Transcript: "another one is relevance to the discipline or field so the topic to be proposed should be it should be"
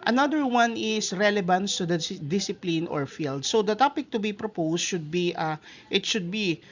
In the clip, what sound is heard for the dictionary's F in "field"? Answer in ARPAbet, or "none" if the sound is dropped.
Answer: F